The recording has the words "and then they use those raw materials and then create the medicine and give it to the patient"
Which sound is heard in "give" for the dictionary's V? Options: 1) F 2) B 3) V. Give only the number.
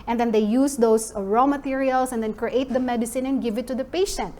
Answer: 3